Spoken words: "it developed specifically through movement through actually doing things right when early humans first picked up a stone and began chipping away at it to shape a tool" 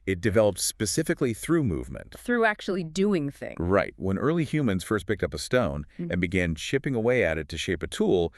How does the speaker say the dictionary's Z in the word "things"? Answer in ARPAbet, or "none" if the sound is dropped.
none